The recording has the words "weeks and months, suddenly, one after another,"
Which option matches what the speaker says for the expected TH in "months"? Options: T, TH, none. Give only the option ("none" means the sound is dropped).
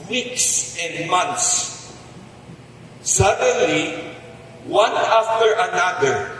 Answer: T